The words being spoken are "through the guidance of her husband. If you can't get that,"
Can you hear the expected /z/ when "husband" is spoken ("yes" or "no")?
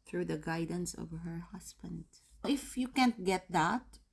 no